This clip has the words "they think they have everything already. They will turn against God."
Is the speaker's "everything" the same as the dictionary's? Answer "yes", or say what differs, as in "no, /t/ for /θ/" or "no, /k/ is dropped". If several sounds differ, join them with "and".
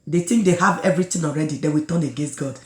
no, /t/ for /θ/